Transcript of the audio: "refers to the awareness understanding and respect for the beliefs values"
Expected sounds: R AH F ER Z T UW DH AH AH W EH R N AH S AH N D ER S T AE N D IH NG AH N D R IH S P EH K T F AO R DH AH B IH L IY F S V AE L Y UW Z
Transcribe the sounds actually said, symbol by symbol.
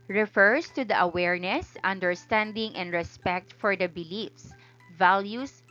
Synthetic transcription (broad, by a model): R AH F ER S T UW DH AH AH W EH R N AH S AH N D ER S T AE N D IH NG AH N D R IH S P EH K T F AO R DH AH B IH L IY F S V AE L Y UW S